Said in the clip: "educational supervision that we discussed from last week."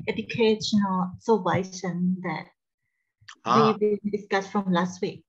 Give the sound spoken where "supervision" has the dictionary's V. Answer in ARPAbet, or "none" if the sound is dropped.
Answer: none